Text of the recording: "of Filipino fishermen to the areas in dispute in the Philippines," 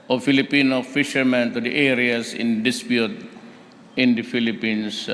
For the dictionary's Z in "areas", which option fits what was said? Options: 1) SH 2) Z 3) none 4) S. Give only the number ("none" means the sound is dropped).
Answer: 4